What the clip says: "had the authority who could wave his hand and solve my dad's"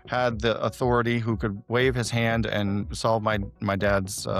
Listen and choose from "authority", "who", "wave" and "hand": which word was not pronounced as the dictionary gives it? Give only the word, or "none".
none